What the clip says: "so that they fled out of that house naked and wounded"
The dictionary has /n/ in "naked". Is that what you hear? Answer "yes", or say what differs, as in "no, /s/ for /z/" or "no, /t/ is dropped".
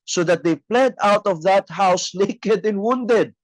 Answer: no, /l/ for /n/